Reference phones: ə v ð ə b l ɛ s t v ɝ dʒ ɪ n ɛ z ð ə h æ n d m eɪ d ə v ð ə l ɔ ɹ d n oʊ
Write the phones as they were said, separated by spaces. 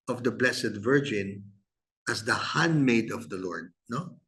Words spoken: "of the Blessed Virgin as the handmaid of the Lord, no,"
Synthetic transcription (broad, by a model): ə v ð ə b l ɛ s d v ɝ dʒ ɪ n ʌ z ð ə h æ n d m eɪ d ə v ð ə l ɔ ɹ d n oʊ